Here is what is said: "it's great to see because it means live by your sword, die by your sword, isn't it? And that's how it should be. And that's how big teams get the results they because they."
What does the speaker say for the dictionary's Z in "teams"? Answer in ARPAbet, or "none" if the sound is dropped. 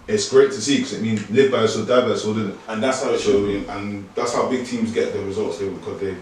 Z